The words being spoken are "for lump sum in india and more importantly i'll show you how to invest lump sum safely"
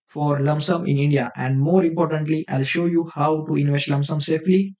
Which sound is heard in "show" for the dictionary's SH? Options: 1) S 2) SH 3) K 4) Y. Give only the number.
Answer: 2